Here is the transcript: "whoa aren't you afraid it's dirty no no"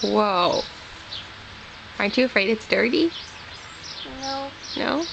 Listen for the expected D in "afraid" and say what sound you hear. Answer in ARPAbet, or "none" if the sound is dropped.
D